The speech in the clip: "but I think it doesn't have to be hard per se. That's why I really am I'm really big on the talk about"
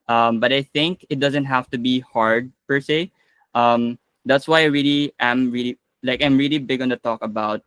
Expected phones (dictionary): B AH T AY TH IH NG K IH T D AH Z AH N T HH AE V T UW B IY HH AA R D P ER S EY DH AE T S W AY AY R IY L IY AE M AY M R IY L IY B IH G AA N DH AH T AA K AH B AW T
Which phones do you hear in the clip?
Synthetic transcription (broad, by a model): B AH T AY TH IH NG K IH T D AH Z AH N T HH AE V T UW B IY HH AA R D P ER S EY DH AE T S W AY AY R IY L IY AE M AY M R IY L IY B IH G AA N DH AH T AA K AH B AW T